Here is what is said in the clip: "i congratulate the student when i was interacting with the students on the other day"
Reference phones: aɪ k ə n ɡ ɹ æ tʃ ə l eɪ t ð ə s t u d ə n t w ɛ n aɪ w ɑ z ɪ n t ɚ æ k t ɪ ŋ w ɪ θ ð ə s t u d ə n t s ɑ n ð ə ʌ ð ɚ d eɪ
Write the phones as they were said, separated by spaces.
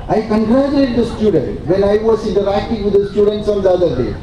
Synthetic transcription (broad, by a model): aɪ k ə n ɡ ɹ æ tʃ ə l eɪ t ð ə s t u d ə n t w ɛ l aɪ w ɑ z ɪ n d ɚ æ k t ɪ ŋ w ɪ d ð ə s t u d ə n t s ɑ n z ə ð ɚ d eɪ